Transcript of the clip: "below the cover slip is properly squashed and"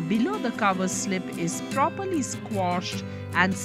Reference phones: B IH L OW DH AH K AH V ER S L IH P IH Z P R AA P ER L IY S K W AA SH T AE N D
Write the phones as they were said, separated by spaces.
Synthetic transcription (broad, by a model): B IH L OW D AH K AH V ER S L IH P IH Z P R AA P ER L IY S K W AA SH T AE N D